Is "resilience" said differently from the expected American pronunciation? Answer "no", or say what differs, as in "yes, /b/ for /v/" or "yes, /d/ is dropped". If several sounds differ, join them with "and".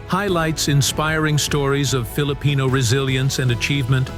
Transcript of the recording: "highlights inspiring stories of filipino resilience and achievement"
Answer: no